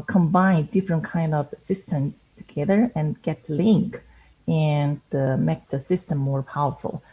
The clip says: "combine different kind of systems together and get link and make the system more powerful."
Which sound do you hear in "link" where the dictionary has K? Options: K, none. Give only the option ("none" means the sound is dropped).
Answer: K